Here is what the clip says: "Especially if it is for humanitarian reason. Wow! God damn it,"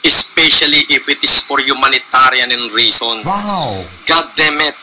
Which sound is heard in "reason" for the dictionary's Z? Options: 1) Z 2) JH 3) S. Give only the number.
3